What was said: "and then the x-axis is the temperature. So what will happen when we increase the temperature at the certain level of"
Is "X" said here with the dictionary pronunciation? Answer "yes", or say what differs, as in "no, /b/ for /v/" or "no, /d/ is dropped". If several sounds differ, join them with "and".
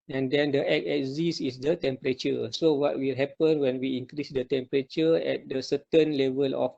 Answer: no, /s/ is dropped